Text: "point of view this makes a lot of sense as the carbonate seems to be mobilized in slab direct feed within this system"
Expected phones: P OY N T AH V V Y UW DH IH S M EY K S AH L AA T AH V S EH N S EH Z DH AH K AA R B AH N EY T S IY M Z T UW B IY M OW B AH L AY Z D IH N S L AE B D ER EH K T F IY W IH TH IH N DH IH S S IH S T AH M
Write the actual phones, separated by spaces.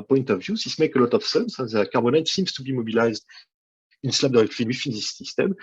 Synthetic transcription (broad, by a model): P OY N T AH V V Y UW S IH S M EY K AH L AA T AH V S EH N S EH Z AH K AA R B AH N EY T S IY M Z T UW B IY M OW B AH L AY Z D IH N S L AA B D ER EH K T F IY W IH F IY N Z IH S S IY S T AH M